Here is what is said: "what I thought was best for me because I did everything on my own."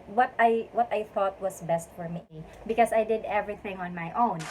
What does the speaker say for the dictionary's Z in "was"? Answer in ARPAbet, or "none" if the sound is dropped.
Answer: S